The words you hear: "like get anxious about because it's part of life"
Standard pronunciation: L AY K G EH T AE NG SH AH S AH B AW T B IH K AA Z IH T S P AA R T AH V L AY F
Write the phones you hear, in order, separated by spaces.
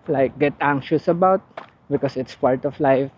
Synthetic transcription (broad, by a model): L AY K G EH T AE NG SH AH S AH B AW T B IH K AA S IH T S P AA R T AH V L AY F